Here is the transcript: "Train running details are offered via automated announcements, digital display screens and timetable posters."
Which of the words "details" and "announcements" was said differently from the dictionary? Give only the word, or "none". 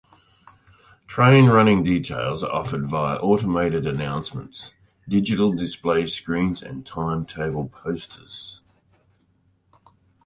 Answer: none